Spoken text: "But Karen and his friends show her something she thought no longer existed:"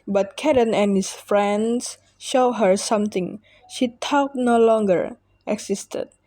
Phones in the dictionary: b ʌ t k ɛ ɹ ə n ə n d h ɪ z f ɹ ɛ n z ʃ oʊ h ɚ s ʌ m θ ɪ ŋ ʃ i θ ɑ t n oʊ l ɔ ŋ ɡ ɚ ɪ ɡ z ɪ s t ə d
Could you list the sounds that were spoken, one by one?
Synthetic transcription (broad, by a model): b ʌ t k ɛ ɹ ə n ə n h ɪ s f ɹ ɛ n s ʃ oʊ h ɚ s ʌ m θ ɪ ŋ ʃ i t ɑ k n oʊ l ɔ ŋ ɡ ɚ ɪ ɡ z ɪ s t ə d